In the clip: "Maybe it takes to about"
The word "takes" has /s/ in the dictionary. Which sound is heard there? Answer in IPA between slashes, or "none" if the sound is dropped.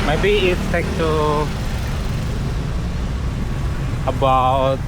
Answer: none